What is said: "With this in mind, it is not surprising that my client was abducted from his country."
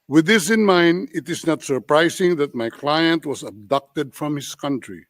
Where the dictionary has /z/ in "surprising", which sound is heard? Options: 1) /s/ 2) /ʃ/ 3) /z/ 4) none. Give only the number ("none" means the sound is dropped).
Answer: 1